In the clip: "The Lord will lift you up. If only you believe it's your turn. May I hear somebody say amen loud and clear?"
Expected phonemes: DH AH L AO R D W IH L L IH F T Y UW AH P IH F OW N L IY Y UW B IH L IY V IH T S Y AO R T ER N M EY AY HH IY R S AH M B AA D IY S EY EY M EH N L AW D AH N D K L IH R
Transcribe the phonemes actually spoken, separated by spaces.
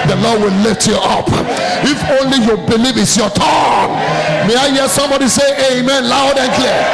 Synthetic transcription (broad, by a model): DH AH L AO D W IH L L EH T Y UW AH P IH F OW N L IY Y UW B IH L IY V IH T S Y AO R T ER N M EY AY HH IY S AH M B AA D IY S EY EY M EH N L AW D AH N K L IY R